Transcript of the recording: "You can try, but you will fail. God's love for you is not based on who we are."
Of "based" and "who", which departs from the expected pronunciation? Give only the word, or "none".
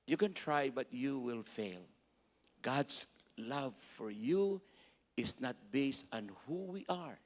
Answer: none